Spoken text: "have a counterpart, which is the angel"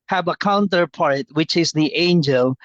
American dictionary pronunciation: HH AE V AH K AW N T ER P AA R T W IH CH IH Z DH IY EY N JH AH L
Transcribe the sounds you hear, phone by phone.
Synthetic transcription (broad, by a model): HH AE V AH K AW N T ER P AA R T W IH CH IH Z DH IY EY N JH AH L